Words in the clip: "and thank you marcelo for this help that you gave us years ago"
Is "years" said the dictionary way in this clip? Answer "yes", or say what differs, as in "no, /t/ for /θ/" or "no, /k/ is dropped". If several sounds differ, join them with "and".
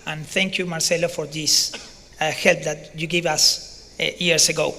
no, /s/ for /z/